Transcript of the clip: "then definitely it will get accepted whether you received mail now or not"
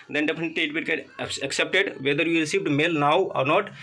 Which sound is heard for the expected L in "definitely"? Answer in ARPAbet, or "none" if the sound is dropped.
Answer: none